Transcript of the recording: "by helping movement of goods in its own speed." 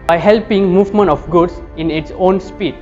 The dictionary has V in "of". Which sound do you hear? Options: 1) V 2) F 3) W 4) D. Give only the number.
2